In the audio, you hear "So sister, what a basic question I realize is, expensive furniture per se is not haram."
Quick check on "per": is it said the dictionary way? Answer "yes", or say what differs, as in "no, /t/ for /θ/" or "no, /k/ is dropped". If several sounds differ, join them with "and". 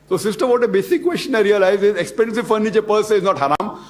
yes